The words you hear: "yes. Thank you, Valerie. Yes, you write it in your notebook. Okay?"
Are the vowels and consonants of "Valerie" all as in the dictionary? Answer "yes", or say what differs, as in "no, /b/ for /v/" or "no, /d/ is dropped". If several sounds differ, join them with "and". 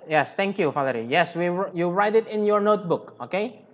no, /f/ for /v/